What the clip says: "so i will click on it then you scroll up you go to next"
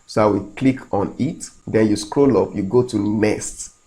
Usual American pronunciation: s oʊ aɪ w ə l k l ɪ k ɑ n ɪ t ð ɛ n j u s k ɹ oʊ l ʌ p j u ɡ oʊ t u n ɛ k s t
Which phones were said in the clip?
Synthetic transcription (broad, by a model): s oʊ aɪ w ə k l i k ɑ n ɪ t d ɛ n j u s k ɹ oʊ l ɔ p j u ɡ oʊ t u n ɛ s t